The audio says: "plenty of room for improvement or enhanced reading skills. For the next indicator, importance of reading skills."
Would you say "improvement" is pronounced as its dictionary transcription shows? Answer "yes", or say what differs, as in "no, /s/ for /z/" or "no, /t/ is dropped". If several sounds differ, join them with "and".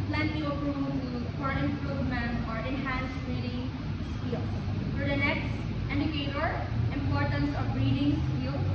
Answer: no, /t/ is dropped